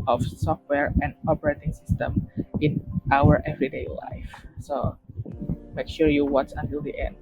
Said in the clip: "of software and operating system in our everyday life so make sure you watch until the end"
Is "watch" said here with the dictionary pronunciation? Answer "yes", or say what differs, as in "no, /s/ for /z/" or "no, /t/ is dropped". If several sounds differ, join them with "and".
no, /s/ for /tʃ/